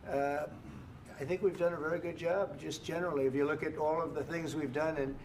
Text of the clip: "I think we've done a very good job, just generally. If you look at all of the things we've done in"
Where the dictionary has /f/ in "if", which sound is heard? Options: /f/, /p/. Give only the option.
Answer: /f/